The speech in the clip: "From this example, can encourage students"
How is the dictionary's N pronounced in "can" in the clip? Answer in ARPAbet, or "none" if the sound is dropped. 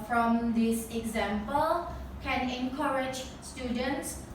N